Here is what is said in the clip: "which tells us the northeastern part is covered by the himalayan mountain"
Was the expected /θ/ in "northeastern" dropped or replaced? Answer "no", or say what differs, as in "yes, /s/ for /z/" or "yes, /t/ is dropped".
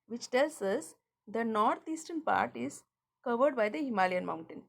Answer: yes, /t/ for /θ/